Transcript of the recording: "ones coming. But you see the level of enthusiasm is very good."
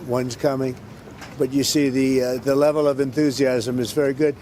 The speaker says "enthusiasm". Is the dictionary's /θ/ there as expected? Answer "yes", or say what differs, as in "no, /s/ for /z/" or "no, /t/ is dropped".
yes